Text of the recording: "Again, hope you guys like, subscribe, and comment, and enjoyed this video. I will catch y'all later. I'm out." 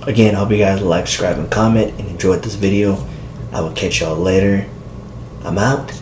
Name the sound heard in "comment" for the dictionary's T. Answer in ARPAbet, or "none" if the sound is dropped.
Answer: T